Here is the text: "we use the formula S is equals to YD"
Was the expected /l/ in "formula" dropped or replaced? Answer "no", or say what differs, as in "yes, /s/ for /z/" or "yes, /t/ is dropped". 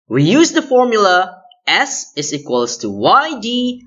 no